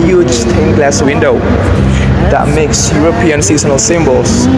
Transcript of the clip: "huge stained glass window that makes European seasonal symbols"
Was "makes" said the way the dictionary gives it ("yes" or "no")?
yes